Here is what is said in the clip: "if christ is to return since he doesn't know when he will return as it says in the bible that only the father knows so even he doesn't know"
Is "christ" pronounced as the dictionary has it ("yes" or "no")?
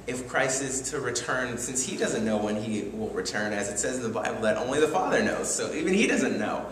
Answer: no